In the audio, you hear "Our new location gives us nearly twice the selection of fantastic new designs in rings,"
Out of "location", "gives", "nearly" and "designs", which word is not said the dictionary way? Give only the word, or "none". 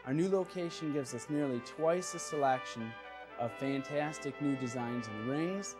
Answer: none